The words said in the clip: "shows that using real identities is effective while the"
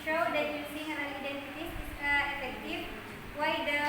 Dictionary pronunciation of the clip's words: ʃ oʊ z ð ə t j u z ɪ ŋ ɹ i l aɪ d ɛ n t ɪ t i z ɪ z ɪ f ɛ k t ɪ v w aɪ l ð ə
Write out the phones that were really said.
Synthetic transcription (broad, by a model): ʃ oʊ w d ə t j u s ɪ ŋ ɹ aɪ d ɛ n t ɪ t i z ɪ s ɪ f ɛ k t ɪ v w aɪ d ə